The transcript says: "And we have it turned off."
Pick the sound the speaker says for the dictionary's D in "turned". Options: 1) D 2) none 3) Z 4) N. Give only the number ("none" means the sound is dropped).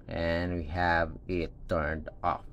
1